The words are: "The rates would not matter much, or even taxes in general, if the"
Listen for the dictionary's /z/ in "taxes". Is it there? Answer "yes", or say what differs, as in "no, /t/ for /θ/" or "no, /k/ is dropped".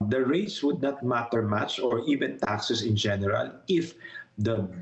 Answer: no, /s/ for /z/